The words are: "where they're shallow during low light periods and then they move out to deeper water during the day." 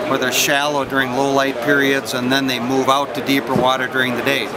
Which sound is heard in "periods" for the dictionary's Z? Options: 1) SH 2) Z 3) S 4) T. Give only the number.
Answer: 2